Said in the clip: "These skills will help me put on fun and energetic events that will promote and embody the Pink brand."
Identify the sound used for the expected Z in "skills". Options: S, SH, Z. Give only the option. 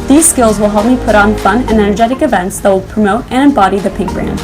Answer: Z